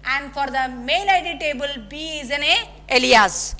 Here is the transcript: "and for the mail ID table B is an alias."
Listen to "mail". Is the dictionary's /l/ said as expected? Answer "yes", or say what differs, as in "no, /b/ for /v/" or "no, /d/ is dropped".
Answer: no, /n/ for /l/